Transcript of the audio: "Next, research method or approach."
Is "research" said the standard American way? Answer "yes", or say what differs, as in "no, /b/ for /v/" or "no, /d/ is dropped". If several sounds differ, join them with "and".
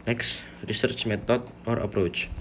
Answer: yes